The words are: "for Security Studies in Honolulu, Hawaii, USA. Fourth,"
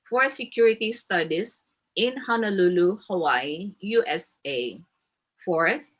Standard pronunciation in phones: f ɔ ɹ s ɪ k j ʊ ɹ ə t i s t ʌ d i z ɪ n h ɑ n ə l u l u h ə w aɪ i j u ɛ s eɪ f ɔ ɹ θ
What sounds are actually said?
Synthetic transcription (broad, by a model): f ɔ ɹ s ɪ k j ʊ ɹ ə t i s t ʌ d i s ɪ n h ɑ n ə l u l u h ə w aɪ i j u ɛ s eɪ f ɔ ɹ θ